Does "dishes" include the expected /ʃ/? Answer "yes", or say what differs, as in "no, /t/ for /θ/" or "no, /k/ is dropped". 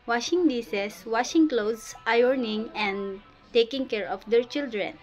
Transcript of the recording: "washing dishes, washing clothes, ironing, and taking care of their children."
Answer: no, /s/ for /ʃ/